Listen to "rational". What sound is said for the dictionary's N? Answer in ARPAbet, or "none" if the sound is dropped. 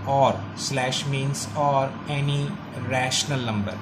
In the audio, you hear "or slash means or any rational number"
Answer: N